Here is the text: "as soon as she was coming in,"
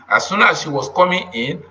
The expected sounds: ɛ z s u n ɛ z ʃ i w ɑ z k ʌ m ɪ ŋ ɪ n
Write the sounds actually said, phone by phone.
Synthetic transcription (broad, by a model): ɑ s u n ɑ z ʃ i w ɑ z k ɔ m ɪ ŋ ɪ n